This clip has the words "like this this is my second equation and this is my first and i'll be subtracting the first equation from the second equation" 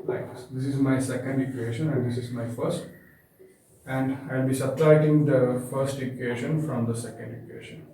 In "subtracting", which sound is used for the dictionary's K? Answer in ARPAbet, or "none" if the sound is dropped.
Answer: none